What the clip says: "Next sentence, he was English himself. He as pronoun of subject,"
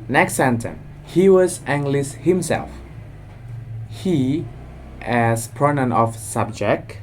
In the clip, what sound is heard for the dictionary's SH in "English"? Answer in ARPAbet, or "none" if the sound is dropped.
S